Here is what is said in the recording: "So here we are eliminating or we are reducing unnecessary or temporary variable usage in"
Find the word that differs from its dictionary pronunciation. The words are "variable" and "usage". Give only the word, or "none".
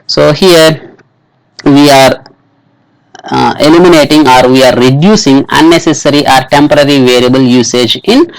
none